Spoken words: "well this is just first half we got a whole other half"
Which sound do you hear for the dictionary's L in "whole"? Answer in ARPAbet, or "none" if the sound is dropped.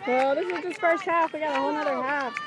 N